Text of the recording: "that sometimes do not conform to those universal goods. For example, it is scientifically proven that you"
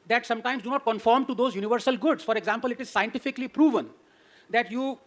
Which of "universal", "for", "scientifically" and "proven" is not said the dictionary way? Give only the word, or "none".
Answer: none